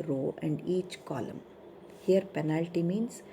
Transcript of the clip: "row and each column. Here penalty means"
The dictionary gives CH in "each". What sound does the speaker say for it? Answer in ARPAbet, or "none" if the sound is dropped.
CH